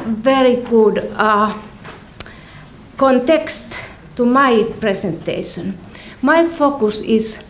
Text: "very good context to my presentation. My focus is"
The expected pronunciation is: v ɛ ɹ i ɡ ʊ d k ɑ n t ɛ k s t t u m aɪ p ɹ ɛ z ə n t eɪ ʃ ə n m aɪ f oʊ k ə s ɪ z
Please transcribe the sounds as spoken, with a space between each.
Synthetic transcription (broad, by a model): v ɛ ɹ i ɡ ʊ d k ɑ n t ɛ k s t t u m aɪ p ɹ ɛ s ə n t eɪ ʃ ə n m aɪ f oʊ k ə s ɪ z